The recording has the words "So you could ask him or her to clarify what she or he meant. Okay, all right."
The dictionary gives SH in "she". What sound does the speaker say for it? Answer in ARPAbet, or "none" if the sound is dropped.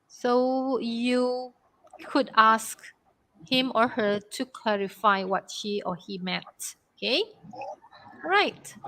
SH